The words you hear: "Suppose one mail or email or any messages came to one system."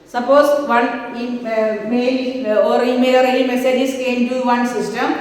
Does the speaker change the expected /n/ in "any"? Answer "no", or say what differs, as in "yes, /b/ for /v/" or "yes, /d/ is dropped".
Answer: yes, /l/ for /n/